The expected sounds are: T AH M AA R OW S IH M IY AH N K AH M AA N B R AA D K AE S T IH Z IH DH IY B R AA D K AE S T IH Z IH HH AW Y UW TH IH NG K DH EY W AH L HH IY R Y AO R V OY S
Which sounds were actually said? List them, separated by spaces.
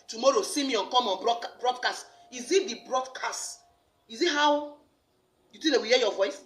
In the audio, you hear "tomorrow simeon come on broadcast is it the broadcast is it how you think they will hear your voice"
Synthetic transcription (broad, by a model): T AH M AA R OW S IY M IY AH N K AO M AA N B R AA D K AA S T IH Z IH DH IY B R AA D K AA S T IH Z IH HH AW Y UW T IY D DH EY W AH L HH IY Y AO V OY S